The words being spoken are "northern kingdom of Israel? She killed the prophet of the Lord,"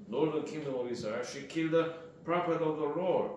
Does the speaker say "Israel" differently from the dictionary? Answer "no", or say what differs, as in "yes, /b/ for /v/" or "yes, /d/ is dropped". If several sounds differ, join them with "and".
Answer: yes, /ɹ/ is dropped